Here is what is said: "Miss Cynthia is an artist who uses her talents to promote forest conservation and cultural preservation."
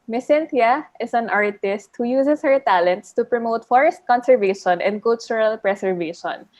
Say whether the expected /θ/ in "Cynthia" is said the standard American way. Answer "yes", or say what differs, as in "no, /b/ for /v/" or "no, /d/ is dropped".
no, /t/ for /θ/